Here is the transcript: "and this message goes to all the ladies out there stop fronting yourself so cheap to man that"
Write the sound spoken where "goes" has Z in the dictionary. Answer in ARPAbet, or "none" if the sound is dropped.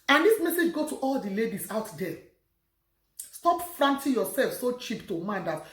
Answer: none